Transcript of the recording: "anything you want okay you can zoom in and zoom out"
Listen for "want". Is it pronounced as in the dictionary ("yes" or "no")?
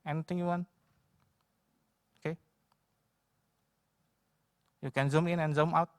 no